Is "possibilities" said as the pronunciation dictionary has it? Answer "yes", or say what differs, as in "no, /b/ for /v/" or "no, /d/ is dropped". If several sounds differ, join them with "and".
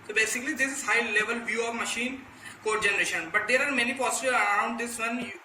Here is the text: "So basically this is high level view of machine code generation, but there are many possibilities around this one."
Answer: no, /l/ is dropped and /z/ is dropped